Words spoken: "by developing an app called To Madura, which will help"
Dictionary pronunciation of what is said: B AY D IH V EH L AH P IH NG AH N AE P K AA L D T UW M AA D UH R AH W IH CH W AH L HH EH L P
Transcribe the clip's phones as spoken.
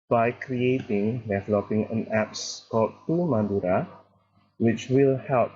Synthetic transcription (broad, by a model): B AY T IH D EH L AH P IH NG AH N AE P K AA L D T UW M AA D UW R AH W IH CH W AH L HH EH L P